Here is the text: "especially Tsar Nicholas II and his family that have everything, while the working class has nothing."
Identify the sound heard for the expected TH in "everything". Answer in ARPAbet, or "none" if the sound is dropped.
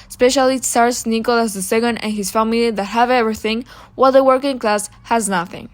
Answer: TH